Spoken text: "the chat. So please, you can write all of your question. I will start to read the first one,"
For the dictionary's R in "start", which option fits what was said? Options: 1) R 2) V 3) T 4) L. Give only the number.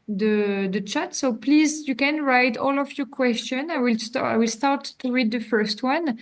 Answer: 4